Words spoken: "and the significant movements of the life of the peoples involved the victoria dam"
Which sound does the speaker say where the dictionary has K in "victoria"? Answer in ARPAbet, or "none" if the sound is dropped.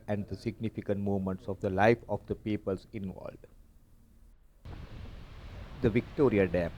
K